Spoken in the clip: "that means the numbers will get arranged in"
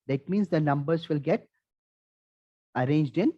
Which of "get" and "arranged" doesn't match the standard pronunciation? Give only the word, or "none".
none